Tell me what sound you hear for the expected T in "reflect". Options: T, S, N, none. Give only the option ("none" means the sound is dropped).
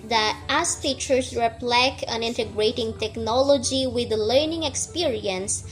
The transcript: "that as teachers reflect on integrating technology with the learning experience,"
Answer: none